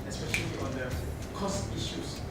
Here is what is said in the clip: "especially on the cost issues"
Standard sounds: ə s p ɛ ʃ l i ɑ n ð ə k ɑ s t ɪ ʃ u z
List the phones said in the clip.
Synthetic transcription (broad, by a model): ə s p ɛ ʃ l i ɑ n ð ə k ɑ s t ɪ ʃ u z